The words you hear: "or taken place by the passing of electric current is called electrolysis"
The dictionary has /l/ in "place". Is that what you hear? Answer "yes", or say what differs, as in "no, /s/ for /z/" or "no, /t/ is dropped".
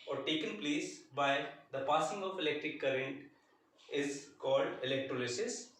yes